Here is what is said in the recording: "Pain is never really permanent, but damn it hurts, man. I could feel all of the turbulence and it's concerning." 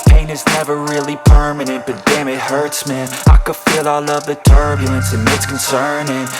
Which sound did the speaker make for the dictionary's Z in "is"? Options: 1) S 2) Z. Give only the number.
2